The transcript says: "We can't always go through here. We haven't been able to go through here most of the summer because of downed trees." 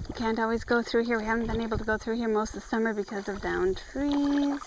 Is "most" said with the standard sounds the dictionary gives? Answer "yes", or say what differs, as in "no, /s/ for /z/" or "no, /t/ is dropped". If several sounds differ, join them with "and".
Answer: yes